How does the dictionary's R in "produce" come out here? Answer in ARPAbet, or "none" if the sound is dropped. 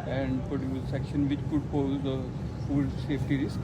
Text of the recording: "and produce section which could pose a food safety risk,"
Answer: none